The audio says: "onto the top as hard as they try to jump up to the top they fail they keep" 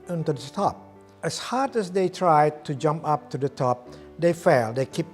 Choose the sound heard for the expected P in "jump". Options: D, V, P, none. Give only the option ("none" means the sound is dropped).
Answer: P